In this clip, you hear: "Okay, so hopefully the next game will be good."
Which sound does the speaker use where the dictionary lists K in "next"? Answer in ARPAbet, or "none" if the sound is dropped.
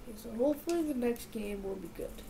K